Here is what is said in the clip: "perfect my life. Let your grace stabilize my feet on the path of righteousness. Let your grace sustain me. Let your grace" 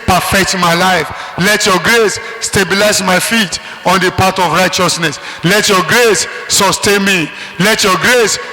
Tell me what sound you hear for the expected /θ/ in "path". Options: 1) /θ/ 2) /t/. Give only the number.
2